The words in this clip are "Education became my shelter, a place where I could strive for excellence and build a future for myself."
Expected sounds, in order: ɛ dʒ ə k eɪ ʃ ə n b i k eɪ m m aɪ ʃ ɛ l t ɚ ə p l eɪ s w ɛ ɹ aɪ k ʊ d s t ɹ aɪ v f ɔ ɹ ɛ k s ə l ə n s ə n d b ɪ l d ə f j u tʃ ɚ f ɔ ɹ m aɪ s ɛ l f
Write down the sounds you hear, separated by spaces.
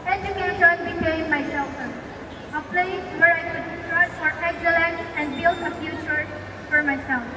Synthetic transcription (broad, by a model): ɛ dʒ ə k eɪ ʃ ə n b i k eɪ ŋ m aɪ s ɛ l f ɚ ə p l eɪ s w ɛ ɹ aɪ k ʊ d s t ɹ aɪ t f ɔ ɹ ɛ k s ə l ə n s ə n d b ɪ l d ə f j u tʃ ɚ f ɔ ɹ m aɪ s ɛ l